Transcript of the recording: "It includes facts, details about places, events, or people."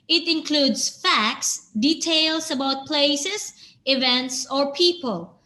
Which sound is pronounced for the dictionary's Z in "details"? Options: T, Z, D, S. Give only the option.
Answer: S